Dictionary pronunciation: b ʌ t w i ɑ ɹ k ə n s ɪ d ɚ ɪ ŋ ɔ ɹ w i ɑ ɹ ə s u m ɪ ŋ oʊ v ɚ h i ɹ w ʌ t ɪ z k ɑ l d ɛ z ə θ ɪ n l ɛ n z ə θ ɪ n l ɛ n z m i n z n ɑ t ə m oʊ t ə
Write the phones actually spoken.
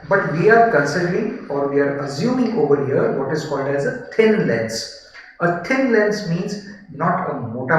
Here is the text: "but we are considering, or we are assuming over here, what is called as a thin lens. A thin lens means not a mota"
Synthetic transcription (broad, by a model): b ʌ t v i ɑ ɹ k ə n s ɪ d ɚ ɪ ŋ ɔ ɹ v i ɑ ɹ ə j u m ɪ oʊ v ɚ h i ɹ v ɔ t ɪ z k ɑ l d ɛ z ə t ɪ n l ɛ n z ə t ɪ n l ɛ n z m i n z n ɑ t ə m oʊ t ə